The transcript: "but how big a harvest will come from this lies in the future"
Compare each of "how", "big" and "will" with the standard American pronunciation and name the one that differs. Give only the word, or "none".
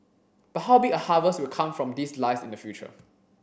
big